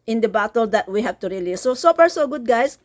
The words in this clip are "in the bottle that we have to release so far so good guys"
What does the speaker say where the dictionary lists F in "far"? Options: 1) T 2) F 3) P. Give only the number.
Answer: 3